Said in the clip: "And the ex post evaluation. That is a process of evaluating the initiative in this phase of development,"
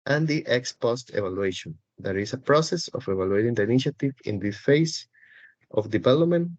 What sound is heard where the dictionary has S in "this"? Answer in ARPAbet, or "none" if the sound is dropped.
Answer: none